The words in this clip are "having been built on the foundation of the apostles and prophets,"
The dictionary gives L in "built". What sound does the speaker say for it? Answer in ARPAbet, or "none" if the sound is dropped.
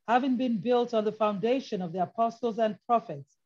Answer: L